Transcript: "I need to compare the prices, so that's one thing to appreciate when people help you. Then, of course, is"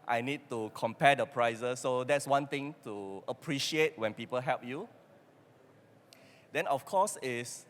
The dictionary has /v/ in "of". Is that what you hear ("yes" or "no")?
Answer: no